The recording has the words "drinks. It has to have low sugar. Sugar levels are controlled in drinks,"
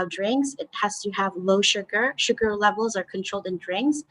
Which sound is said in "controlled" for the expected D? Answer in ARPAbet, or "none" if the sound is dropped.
D